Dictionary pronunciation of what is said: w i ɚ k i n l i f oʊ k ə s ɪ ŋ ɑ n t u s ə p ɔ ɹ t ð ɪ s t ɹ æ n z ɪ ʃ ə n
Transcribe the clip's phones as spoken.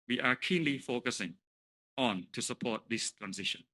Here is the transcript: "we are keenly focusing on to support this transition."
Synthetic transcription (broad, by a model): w i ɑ k i n l i f oʊ k ə s ɪ ŋ ɑ n t u s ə p ɔ t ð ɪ s t ɹ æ n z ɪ ʃ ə n